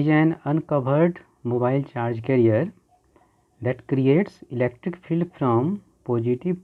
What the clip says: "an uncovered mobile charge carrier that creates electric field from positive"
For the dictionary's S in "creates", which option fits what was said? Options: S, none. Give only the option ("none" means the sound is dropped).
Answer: S